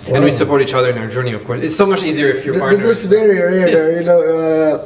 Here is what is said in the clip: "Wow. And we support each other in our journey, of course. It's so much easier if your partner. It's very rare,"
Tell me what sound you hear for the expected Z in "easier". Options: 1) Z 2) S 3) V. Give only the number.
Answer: 1